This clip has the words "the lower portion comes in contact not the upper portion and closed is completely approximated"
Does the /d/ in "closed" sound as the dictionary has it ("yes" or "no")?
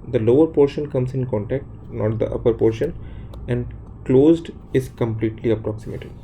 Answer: yes